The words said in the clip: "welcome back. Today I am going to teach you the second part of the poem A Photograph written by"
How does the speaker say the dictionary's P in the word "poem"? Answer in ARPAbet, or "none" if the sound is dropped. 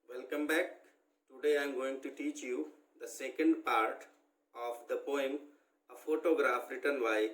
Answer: P